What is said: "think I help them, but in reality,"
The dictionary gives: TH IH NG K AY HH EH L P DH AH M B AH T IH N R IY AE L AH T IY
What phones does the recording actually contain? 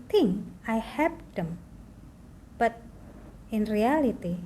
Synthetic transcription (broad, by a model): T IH NG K AY HH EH P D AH M B AH T IH N R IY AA L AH T IY